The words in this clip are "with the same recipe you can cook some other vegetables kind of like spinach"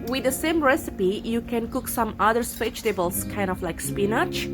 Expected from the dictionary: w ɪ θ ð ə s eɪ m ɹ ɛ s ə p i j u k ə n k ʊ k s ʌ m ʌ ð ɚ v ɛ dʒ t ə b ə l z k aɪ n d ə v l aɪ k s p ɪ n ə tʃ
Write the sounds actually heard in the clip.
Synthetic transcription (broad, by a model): w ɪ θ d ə s eɪ m ɹ ɛ s ə p i j u k ə n k ʊ k s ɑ m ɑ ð ɚ p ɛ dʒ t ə b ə l s k aɪ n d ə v l aɪ k s p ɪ n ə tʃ